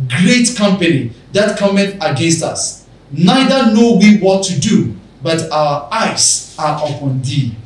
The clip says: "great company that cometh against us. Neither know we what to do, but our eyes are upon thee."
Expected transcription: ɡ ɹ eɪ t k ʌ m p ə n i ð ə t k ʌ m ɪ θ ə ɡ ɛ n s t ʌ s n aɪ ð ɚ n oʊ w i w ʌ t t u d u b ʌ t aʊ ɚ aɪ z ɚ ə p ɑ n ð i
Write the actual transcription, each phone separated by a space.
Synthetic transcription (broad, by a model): ɡ ɹ eɪ t k ʌ m p ə n i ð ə t k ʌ m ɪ t ə ɡ ɛ n s t ʌ s n aɪ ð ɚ n oʊ w i w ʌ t t u d u b ʌ t aʊ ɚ aɪ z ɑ ə p ɑ n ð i